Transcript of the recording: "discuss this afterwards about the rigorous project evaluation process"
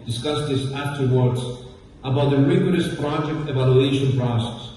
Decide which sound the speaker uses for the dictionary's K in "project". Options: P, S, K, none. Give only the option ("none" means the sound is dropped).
K